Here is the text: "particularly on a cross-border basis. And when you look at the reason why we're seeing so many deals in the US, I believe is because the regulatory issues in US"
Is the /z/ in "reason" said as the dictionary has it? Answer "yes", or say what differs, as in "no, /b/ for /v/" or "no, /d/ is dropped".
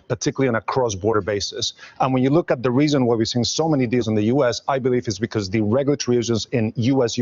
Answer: yes